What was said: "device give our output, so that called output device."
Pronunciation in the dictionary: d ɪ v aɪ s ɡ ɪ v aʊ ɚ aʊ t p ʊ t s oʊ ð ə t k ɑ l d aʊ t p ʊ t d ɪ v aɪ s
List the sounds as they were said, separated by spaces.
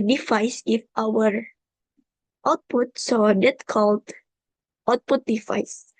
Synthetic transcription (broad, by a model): d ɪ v aɪ s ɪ f aʊ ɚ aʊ t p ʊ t s oʊ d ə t k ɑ l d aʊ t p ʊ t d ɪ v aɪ s